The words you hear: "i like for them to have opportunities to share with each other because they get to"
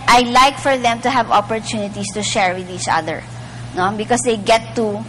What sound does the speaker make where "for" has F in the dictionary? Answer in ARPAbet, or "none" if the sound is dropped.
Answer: F